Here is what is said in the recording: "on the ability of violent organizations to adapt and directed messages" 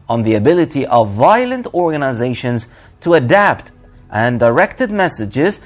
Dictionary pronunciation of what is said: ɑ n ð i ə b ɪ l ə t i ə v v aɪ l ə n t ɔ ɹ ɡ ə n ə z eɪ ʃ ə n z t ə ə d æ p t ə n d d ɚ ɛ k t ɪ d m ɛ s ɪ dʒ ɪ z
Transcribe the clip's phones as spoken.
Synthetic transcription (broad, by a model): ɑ n ð i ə b ɪ l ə t i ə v v aɪ l ə n t ɔ ɹ ɡ ə n ə z eɪ ʃ ə n z t ə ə d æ p t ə n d d ɚ ɛ k t ɪ d m ɛ s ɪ dʒ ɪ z